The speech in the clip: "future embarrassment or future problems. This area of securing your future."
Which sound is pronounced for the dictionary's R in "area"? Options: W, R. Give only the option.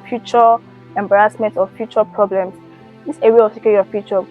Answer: W